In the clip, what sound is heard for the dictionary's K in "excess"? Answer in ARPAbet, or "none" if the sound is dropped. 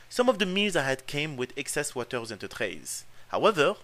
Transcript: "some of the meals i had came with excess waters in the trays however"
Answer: K